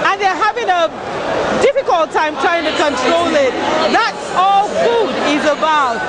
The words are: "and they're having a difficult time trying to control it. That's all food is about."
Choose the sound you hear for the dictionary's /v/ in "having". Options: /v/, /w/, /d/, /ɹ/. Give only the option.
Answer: /v/